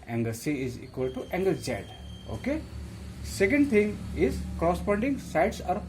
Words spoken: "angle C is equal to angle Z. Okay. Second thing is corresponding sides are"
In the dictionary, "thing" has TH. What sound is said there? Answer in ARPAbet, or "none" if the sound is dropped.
T